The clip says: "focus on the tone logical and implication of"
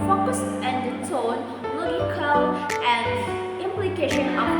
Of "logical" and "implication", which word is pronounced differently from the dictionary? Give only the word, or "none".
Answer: logical